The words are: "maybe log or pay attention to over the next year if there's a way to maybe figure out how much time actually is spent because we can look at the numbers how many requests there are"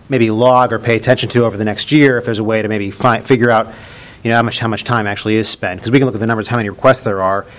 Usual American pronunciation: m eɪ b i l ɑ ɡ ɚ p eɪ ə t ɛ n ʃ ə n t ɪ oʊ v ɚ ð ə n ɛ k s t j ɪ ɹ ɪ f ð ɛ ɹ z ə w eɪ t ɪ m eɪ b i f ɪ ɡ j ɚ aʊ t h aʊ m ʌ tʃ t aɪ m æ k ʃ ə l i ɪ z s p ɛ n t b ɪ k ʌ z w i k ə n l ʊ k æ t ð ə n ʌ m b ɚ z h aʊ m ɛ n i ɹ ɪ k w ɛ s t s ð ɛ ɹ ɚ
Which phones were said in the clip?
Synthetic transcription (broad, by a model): m eɪ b i l ɑ ɡ ɚ p eɪ ə t ɛ n ʃ ə n t ɪ oʊ v ɚ ð ə n ɛ k s t j ɪ ɹ ɪ f ð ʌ ɹ z ə w eɪ t ɪ m eɪ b i f ɪ ɡ j ɚ aʊ t h aʊ m ʌ tʃ t aɪ m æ k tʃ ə l i ɪ z s p ɛ n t k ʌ z w i k ə n l ʊ k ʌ t ð ə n ʌ m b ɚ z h aʊ m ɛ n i ɹ ɪ k w ɛ s t s ð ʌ ɹ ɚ